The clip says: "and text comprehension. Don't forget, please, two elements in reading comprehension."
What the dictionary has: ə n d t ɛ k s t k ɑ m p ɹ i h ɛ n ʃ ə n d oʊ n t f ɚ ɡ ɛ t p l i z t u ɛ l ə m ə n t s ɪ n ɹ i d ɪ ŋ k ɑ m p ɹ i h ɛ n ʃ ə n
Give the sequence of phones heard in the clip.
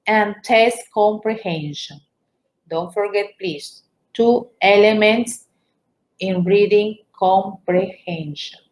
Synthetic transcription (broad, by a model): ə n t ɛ s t k ɑ m p ɹ i h ɛ n ʃ ə n d oʊ n t f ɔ ɡ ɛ t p l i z t u ɛ l ə m ə n t s ɪ n ɹ i d ɪ ŋ k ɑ m p ɹ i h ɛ n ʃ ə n